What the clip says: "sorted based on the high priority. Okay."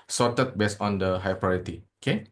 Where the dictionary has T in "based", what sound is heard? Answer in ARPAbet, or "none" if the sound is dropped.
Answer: none